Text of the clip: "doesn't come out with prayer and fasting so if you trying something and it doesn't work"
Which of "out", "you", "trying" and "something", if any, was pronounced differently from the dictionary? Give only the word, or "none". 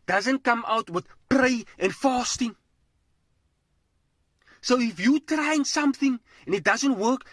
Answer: none